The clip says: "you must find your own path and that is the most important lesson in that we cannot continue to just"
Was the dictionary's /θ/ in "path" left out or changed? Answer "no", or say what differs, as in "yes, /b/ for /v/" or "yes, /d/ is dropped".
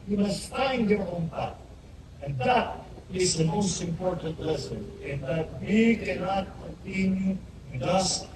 yes, /t/ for /θ/